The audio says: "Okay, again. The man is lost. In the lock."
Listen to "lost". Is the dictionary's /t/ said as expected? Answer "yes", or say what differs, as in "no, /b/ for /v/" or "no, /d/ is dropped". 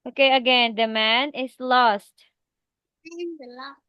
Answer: yes